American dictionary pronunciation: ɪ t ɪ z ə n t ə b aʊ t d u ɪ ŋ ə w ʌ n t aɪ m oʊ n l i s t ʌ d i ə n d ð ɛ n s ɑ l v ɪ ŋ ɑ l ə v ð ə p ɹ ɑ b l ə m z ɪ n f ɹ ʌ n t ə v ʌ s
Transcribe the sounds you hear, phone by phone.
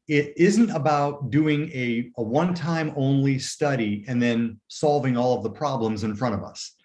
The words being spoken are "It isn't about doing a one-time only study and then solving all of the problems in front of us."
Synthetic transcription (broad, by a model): ɪ t ɪ z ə n t ə b aʊ t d u ɪ ŋ ə w ʌ n t aɪ m oʊ n l i s t ʌ d i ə n ð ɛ n s ɑ l v ɪ ŋ ɑ l ə v ð ə p ɹ ɑ b l ə m z ɪ n f ɹ ʌ t ə v ʌ s